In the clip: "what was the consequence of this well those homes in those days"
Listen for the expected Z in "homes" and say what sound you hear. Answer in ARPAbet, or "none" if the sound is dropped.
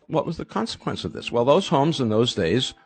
Z